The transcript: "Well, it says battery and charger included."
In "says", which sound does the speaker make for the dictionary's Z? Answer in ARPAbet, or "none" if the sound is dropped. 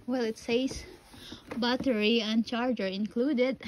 S